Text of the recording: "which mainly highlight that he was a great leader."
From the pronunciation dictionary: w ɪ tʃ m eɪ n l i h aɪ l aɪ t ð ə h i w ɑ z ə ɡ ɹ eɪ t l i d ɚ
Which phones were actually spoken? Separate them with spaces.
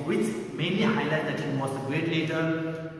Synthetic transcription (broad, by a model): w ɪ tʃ m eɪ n i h aɪ l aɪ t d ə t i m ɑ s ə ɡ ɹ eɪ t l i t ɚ